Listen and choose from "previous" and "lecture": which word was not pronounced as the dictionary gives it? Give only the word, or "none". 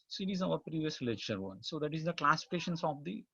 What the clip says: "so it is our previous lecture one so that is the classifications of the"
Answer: lecture